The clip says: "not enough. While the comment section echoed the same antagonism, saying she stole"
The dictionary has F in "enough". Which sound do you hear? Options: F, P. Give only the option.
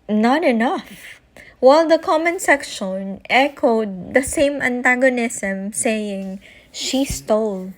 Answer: F